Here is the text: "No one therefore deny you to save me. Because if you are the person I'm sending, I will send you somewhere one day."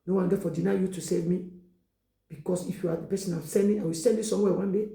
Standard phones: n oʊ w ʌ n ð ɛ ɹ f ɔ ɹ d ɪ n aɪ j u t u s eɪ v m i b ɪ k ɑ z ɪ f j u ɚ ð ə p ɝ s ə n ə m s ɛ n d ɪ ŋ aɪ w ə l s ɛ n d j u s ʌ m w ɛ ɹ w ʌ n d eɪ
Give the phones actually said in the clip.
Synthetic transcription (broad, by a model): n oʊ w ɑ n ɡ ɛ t f ɔ d ɪ n aɪ j u t u s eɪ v m i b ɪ k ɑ s ɪ f j u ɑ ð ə p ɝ s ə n ə m s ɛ n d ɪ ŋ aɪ w ə l s ɛ n d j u s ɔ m w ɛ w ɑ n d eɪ